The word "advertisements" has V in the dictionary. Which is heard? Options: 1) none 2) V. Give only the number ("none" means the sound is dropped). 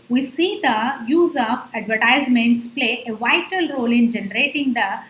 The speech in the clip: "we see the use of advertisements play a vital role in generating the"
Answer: 2